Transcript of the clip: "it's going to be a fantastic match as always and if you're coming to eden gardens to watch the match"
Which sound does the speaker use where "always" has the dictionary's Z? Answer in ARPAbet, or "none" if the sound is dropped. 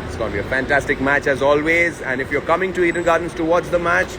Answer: Z